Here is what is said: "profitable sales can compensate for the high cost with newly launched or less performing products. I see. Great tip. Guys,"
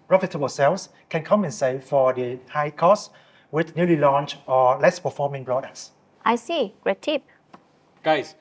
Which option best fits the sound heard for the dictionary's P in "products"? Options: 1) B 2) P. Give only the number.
1